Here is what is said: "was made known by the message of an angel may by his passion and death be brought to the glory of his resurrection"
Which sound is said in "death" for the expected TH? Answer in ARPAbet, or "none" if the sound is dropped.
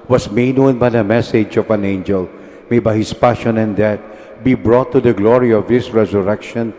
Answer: T